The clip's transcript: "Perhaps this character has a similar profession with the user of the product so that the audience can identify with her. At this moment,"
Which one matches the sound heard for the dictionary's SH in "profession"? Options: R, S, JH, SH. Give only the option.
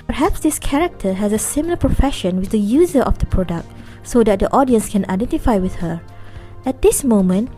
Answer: SH